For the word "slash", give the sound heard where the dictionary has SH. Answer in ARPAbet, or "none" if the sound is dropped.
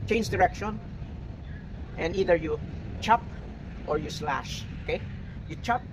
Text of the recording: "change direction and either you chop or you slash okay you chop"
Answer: SH